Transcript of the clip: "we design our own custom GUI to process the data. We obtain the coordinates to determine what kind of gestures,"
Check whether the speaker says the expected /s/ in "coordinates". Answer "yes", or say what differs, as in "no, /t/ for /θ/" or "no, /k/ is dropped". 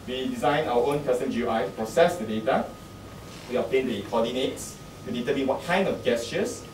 no, /s/ is dropped